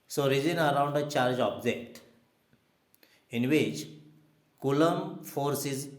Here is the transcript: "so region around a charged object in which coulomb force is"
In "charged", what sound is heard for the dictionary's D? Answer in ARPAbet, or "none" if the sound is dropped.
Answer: none